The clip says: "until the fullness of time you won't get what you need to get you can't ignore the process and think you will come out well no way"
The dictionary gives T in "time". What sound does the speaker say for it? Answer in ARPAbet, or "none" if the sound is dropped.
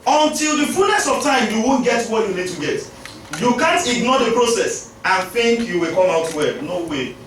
T